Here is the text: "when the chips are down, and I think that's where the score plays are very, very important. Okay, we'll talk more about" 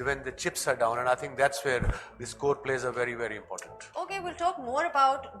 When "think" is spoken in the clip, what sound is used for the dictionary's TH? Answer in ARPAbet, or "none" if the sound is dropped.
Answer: T